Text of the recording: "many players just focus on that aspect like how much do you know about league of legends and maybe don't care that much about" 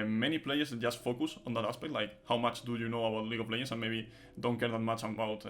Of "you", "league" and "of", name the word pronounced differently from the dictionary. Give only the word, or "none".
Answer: of